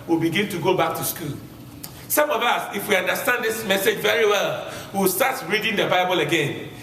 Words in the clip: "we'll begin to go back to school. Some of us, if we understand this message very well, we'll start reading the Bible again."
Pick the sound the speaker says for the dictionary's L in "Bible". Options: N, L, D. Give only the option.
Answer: L